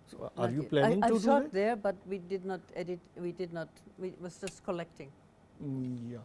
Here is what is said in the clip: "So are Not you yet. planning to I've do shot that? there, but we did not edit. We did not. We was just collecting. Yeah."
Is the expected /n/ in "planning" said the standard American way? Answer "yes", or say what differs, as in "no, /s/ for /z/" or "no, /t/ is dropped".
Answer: no, /n/ is dropped